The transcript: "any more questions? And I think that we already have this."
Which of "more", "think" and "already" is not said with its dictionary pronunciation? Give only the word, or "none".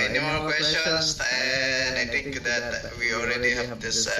think